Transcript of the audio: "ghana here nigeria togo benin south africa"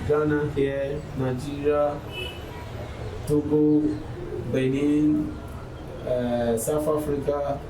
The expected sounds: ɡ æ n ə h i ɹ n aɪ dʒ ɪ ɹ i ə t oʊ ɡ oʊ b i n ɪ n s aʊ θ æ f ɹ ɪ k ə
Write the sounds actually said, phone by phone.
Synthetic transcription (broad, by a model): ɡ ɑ n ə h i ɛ n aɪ dʒ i ɹ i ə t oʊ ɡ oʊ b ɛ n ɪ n s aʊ f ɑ f ɹ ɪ k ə